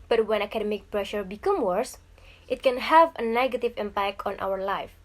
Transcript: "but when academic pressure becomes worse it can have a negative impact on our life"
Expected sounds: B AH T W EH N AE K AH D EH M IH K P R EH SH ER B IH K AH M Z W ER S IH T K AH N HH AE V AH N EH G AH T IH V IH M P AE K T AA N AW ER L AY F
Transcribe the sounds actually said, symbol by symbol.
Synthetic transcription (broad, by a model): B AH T W EH N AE K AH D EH M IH K P R EH SH ER B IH K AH M W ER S IH T K AH N HH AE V AH N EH G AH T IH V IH M P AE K T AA N AW ER L AY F